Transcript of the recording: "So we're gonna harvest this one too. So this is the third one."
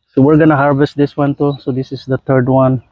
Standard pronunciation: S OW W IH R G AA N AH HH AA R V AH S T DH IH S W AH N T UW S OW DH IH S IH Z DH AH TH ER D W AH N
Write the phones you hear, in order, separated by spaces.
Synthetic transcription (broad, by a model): S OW W IH R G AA N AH HH AA R V AH S T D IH S W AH N T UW S OW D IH S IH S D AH T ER D W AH N